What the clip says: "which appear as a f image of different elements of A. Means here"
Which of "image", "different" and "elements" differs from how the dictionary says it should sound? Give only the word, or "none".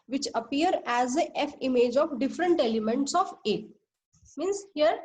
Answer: none